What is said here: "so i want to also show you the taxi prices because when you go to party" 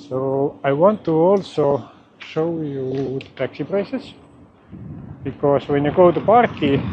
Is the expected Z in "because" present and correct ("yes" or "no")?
no